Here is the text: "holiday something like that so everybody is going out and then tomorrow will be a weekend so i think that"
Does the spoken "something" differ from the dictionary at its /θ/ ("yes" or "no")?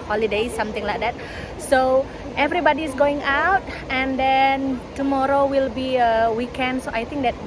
yes